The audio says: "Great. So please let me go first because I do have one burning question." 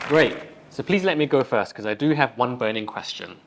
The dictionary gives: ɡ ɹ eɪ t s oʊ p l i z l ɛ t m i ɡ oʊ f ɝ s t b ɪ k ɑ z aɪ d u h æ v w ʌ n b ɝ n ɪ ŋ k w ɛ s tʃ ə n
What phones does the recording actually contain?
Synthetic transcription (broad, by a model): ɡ ɹ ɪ t s oʊ p l i z l ɛ t m i ɡ oʊ f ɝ s t k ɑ z aɪ d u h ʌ v w ʌ n b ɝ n ɪ ŋ k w ɛ s tʃ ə n